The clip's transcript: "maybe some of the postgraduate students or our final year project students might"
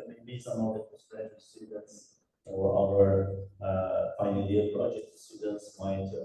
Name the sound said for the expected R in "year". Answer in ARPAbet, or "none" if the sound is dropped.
L